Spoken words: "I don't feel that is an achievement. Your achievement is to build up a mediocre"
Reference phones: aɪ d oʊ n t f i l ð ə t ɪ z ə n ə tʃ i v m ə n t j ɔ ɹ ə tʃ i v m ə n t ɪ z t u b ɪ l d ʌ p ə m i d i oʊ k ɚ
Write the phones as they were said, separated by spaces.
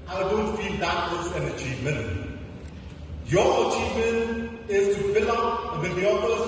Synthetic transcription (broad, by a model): aɪ d oʊ n t f i l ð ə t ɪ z ə n ə tʃ i v m ə n t j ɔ ə tʃ i v m ə n t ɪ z t u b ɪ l ʌ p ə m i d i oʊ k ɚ